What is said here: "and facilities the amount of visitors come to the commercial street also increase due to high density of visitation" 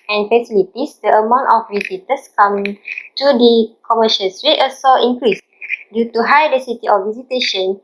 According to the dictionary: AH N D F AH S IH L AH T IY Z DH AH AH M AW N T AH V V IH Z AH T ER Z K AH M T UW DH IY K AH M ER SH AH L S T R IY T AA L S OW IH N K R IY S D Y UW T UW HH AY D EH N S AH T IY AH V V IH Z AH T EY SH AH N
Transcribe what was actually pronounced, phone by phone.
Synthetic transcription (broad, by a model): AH N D F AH S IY L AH T IY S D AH AH M AW N T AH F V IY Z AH T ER S K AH M T UW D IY K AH M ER SH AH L S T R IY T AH S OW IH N K R IY S D Y UW T UW HH AY D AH S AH T IY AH F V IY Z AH T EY SH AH N